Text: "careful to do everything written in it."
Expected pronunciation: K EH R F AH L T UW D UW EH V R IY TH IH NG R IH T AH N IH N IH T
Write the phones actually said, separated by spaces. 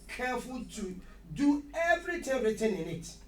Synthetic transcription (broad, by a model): K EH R F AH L T UW D UW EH V R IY T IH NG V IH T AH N IH N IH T